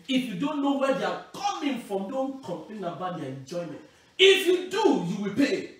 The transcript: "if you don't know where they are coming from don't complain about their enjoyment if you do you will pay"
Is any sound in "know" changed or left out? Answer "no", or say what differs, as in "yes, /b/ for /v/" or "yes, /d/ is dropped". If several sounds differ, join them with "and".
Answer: no